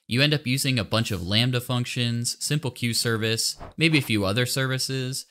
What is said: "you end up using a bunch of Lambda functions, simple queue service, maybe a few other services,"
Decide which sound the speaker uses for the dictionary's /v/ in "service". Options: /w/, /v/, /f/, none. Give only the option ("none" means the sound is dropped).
/v/